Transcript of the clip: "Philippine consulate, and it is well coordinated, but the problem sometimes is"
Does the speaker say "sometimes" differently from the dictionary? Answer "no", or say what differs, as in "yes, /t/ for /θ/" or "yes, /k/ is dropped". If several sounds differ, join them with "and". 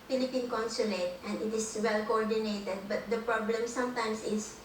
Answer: yes, /s/ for /z/